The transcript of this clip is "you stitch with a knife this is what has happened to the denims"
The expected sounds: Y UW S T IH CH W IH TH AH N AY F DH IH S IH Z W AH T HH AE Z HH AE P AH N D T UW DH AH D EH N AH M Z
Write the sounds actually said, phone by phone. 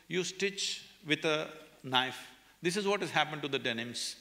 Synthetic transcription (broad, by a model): Y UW S T IH CH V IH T AH N AY F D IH S IH Z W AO T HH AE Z HH AE P AH N D T UW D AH D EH N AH M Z